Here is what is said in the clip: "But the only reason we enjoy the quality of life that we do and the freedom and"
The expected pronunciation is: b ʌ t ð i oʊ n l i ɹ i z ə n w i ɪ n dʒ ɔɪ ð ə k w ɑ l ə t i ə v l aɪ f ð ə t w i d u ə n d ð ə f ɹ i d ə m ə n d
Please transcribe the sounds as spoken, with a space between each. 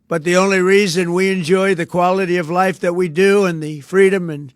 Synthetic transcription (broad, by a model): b ʌ t ð i oʊ n l i ɹ i z ə n w i ɪ n dʒ ɔɪ ð ə k w ɑ l ə t i ə v l aɪ f ð ə t w i d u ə n ð ə f ɹ i d ə m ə n